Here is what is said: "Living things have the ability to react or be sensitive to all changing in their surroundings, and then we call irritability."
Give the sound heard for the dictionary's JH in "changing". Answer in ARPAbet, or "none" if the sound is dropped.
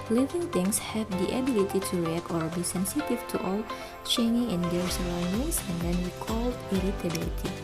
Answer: none